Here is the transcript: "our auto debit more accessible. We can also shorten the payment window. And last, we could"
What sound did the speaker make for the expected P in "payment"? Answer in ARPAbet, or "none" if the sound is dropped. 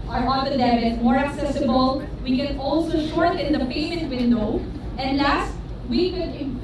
P